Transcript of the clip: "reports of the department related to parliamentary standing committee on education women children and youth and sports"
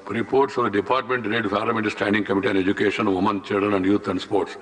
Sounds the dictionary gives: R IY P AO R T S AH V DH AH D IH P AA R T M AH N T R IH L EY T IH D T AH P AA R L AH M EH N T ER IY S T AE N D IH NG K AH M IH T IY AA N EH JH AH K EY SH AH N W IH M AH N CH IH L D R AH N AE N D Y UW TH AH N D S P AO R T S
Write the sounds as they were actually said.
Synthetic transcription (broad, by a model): R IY P AO R T S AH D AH D IH P AA R T M AH N T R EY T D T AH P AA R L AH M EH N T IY S T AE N D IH NG K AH M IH T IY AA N EH JH AH K EY SH AH N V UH M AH N CH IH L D R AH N AE N D Y UW T AH N D S P AO R T S